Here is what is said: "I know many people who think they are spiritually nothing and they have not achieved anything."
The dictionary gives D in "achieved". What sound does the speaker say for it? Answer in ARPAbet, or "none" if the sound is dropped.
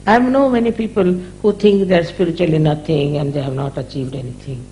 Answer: D